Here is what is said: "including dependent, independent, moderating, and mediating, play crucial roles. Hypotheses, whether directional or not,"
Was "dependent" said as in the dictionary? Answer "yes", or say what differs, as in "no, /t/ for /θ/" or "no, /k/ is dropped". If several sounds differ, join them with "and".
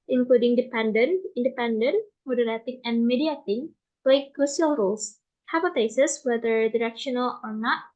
no, /t/ is dropped